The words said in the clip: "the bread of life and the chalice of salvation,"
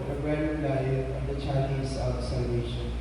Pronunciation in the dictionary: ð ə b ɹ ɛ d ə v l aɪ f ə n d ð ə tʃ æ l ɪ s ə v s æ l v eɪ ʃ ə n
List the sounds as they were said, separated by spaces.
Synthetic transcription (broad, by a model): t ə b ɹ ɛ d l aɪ ə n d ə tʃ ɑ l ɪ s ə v s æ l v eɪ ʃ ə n